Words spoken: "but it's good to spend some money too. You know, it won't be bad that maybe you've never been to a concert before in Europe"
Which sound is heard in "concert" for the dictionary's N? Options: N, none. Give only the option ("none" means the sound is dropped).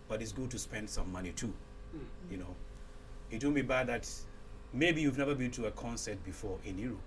N